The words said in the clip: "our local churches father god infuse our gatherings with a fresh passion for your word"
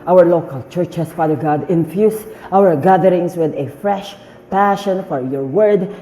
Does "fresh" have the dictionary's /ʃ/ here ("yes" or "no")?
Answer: yes